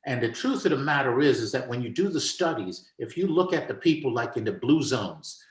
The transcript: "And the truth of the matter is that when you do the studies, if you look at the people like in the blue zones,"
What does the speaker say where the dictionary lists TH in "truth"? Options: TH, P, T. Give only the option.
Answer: TH